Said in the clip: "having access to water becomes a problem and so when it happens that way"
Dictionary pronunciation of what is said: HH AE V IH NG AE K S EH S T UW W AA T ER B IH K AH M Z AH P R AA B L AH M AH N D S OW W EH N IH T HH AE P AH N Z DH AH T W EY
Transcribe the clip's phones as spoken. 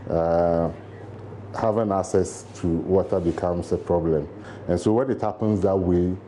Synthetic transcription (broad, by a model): HH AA V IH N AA K S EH S T UW W AA T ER B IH K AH M S AH P R AA B L AH M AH N S OW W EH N IH T HH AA P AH N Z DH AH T W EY